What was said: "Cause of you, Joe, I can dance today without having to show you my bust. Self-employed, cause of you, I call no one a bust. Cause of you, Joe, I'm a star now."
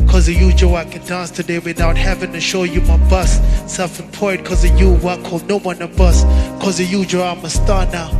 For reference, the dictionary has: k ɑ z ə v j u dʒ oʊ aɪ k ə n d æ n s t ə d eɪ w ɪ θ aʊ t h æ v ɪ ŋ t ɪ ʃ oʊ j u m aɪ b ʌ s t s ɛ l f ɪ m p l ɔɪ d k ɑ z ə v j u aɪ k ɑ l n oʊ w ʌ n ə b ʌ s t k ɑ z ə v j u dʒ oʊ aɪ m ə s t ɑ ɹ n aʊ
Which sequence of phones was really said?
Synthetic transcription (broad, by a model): k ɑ z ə j u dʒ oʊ aɪ k ə n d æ n s t ə d eɪ w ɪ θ aʊ t h æ v ɪ ŋ t ɪ ʃ oʊ j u m aɪ b ʌ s s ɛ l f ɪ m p ɔɪ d k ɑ z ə j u aɪ k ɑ l n oʊ w ʌ n ə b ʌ s k ɑ z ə j u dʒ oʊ aɪ m ə s t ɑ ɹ n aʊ